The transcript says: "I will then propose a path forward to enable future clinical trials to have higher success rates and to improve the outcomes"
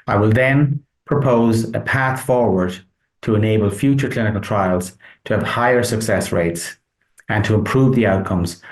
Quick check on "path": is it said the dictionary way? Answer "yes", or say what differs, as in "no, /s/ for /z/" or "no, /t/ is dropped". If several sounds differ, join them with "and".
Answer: yes